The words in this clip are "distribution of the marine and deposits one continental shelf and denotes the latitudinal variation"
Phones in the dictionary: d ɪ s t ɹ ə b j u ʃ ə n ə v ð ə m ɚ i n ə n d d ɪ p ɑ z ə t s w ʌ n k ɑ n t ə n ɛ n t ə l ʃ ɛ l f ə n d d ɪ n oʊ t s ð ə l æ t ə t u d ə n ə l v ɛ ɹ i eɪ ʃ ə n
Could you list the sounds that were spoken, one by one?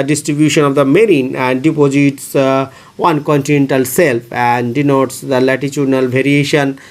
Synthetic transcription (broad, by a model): d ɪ s t ɹ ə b j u ʃ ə n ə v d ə m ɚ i n ə n d d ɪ p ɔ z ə t s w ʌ n k ɑ n t ə n ɛ n t ə l s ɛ l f ə n d d ɪ n oʊ t s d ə l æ t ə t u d n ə l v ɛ ɹ i eɪ ʃ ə n